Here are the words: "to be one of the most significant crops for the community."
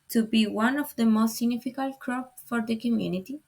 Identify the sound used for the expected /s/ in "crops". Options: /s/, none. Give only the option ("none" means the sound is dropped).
none